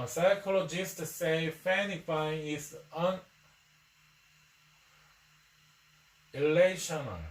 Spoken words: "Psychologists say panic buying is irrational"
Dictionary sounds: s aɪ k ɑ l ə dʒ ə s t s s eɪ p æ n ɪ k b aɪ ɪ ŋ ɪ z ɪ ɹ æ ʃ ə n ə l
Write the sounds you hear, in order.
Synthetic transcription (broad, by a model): s aɪ k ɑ l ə dʒ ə s t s s eɪ f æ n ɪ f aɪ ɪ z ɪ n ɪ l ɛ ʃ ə n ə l